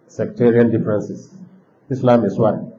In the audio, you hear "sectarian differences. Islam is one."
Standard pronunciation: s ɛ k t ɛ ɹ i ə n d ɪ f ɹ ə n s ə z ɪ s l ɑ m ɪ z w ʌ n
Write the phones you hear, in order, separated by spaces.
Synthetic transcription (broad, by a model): s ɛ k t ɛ ɹ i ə n d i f ɹ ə n s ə s ɪ s l ɑ m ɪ s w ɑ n